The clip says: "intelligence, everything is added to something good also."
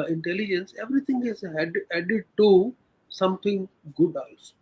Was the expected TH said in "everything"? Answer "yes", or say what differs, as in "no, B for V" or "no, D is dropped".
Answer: no, T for TH